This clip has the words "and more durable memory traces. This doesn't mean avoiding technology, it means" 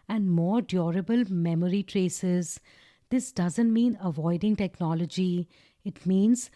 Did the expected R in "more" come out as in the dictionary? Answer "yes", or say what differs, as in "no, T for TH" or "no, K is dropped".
yes